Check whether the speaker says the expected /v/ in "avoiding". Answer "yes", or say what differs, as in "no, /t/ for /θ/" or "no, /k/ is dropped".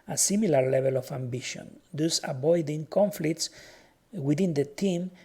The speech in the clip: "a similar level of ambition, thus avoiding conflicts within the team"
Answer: no, /b/ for /v/